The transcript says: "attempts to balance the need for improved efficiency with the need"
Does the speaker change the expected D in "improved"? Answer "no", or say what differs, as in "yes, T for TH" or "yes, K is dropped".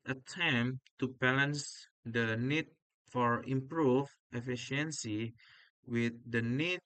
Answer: yes, D is dropped